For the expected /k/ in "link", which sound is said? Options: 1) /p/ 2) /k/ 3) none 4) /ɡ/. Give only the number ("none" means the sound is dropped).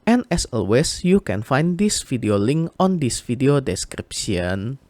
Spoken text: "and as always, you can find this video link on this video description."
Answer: 2